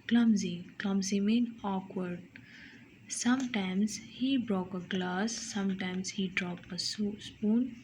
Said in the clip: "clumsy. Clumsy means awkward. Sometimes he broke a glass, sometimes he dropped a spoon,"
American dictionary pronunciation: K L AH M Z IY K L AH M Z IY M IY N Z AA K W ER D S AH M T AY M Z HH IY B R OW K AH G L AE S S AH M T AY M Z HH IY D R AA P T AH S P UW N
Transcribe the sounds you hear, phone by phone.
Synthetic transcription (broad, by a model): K L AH M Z IY K L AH M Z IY M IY N AA K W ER D S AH M T AY M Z HH IY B R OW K AH G L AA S S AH M T AY M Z HH IY D R AA P T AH S P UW N